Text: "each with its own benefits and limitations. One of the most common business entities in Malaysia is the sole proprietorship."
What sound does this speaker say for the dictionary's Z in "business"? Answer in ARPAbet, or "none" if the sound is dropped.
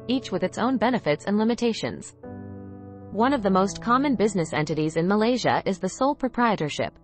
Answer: Z